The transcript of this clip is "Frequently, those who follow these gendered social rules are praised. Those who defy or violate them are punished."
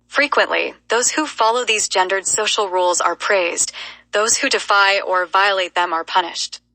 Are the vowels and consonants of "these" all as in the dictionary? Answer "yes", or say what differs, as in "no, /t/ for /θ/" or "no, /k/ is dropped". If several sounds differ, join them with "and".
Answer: yes